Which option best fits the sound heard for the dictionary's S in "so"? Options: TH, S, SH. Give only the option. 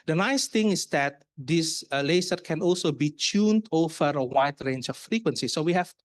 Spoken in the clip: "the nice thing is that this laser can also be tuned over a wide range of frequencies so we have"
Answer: S